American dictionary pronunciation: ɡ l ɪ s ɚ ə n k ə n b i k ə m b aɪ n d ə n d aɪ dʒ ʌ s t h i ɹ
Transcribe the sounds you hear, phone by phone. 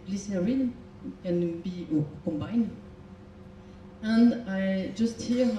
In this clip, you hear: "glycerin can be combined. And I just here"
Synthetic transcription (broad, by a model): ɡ l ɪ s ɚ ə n k ə n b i k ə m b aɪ n ə n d aɪ dʒ ʌ s t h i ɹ